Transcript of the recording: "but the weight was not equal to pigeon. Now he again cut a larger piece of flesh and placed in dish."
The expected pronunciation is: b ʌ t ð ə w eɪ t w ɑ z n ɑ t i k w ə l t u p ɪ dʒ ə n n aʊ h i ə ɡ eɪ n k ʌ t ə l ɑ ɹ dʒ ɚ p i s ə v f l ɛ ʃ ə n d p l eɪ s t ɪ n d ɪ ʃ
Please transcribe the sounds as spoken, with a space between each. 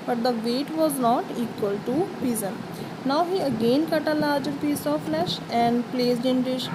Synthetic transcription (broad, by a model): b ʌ t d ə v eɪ t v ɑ z n ɑ t i k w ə l t u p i z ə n n aʊ h i ə ɡ eɪ n k ʌ t ə l ɑ ɹ dʒ ɚ p i s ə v f l ɛ ʃ ə n d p l eɪ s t ɪ n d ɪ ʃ